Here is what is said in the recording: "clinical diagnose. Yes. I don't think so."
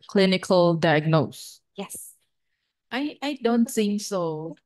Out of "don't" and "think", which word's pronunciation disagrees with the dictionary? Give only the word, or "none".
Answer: think